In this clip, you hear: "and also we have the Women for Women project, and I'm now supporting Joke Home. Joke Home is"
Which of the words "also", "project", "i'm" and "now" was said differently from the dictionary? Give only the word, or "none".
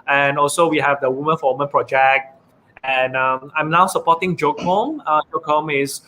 none